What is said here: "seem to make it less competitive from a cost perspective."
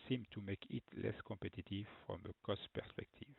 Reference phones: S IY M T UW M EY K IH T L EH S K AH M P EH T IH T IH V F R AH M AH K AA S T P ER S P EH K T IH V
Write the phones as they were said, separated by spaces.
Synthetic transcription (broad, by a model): S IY M T UW M EY K IH T L EH S K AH P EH T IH T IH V F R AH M AH K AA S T P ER S P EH K T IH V